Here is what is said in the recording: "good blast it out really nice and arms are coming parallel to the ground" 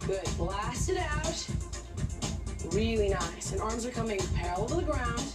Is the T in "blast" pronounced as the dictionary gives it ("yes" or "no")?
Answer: yes